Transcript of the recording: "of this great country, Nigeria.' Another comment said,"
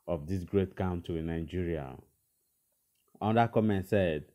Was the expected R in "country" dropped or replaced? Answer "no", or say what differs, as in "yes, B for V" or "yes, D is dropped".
yes, R is dropped